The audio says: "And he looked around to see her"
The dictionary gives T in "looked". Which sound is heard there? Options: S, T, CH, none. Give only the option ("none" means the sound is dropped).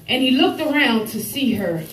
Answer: T